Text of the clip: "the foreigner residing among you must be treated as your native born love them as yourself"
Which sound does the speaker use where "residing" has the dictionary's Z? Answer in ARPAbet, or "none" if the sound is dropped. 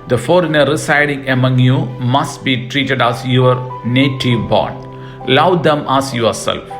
S